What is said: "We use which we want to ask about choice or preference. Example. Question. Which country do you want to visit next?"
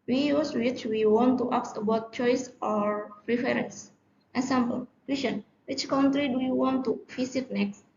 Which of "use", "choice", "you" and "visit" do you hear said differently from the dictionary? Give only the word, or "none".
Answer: visit